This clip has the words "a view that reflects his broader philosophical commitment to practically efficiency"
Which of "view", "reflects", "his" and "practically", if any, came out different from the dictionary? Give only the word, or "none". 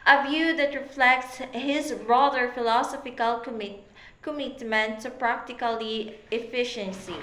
none